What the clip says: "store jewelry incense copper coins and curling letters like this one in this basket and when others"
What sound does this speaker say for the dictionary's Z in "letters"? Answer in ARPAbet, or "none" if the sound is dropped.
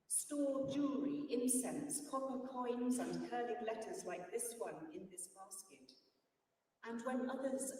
Z